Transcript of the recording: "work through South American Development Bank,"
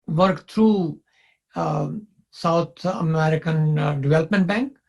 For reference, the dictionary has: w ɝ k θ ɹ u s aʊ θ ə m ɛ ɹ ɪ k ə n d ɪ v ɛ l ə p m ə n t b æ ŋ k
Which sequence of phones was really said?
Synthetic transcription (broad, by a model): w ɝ k t ɹ u s aʊ t ə m ɛ ɹ ɪ k ə n d ɪ v ɛ l ə p m ə n t b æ ŋ k